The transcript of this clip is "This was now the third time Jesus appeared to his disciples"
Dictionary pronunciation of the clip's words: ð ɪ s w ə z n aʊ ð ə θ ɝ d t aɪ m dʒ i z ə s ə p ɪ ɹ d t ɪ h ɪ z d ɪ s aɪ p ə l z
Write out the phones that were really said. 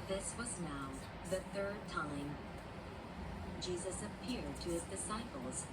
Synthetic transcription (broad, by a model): ð ɪ s w ə z n aʊ ð ə θ ɝ d t aɪ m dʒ i z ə s ə p ɪ ɹ d t ɪ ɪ z d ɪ s aɪ p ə l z